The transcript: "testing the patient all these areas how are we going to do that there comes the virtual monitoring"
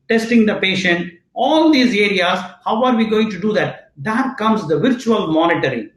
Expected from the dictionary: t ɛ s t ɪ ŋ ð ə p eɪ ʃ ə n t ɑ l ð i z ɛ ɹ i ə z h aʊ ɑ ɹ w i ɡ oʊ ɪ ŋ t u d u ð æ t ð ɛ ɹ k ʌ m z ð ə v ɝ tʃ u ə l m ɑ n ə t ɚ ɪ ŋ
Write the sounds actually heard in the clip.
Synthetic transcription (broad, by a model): t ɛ s t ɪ ŋ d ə p eɪ ʃ ə n t ɑ l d i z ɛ ɹ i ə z h aʊ ɑ ɹ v i ɡ oʊ ɪ ŋ t u d u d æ t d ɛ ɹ k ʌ m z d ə v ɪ tʃ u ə l m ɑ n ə t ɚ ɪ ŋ